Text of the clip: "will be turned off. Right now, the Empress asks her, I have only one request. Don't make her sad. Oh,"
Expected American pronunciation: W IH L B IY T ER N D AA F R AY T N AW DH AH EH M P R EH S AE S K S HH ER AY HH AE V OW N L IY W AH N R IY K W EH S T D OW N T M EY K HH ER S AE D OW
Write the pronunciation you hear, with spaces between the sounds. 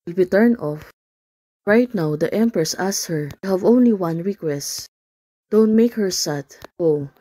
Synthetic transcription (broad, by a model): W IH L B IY T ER N AA F R AY T N AW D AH EH M P R EH S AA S S HH ER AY HH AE V OW N L IY W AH N R IY K W EH S T D OW N T M EY K HH ER S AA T OW